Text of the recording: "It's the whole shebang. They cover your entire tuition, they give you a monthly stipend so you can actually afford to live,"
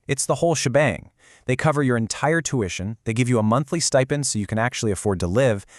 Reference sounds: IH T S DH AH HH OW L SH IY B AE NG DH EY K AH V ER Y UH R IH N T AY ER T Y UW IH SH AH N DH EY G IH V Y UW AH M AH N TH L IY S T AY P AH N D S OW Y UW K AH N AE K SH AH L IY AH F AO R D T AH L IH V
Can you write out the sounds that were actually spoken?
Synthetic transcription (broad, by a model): IH T S DH AH HH OW L SH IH B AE NG DH EY K AH V ER Y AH R IH N T AY ER T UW IH SH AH N DH EY G IH V Y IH AH M AH N TH L IY S T AY P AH N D S OW Y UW K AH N AE K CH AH L IY AH F AO R D T AH L IH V